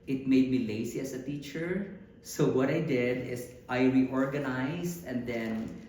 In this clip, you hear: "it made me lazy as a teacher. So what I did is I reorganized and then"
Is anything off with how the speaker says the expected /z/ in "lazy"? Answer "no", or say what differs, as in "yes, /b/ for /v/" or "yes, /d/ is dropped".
yes, /s/ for /z/